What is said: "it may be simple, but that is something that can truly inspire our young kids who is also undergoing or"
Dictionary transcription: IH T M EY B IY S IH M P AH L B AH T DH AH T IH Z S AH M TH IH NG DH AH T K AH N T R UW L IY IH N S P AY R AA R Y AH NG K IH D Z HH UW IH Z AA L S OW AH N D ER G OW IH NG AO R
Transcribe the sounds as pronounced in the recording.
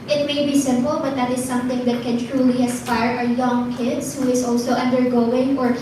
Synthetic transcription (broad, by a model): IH T M EY B IY S IH M P AH L B AH T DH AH T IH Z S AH M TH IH NG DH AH T K AH N T R UW L IY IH S P AY R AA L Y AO NG K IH D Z HH UW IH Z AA L S OW AH N D ER G OW IH NG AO R